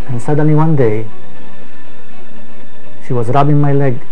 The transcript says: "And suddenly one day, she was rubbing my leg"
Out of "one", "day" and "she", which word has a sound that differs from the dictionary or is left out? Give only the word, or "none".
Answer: none